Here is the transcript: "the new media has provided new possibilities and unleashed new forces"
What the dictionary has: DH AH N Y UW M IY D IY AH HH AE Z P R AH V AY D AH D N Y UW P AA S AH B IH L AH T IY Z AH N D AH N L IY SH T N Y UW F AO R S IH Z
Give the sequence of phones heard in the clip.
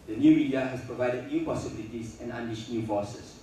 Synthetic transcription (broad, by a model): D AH N Y UW M IY D IY AH HH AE S P R AH V AY D AH D N Y UW P AA S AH B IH L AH T IY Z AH N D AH N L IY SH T N Y UW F AO S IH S